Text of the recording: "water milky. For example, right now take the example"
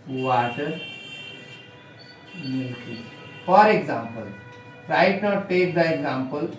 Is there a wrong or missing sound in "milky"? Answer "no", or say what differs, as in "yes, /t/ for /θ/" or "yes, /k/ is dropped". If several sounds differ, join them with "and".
yes, /l/ is dropped